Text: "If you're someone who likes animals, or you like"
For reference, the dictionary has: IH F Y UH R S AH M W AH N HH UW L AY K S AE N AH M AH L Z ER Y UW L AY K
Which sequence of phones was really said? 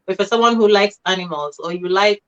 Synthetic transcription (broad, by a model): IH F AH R S AH M W AH N HH UW L AY K S AE N AH M AH L Z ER Y UW L AY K